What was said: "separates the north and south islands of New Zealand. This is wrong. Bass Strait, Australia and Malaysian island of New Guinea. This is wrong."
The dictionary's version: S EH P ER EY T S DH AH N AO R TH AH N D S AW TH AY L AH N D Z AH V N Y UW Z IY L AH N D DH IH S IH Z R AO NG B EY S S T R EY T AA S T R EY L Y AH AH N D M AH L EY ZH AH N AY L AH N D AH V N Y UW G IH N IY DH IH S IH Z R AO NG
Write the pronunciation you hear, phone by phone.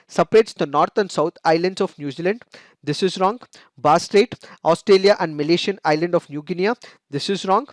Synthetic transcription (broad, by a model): S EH P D EY T S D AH N AO R T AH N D S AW T AY L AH N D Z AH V N Y UW Z IY L AH N D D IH S IH Z R AO NG B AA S S T R EY T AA S T R EY L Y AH AH N D M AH L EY SH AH N AY L AH N D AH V N Y UW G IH N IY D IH S IH Z R AO NG